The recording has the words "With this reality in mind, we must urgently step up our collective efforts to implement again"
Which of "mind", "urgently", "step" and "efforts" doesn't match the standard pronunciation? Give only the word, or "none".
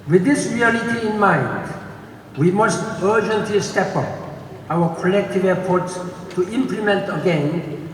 efforts